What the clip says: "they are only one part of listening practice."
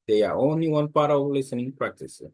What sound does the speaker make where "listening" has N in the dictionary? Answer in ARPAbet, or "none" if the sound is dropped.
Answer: N